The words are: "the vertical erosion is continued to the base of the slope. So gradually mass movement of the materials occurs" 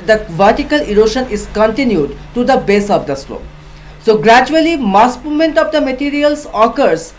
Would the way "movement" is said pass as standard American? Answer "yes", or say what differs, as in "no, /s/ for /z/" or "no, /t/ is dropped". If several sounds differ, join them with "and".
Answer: no, /v/ is dropped